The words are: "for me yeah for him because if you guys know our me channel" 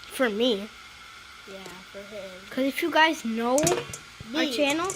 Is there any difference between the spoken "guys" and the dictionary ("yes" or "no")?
no